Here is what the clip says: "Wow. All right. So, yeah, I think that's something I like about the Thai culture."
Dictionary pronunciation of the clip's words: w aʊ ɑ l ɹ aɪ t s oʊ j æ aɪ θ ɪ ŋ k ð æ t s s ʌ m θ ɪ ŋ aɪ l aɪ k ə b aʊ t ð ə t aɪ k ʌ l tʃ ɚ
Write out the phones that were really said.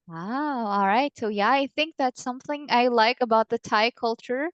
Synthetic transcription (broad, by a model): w aʊ ɑ l ɹ aɪ t s oʊ j æ aɪ θ ɪ ŋ k ð æ t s s ʌ m θ ɪ ŋ aɪ l aɪ k ə b aʊ t ð ə t aɪ k ʌ l tʃ ɚ